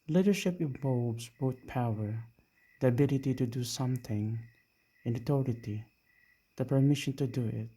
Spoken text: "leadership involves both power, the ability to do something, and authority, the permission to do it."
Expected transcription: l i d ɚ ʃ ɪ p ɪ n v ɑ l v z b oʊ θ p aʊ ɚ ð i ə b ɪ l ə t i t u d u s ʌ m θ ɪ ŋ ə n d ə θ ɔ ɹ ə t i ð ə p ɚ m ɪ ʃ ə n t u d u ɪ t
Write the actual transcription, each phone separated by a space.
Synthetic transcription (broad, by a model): l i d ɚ ʃ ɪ p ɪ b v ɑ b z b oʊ t p aʊ ɚ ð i ə b ɪ l ə t i t u d u s ʌ m θ ɪ ŋ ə n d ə t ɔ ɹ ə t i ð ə p ɚ m ɪ ʃ ə n t u d u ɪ t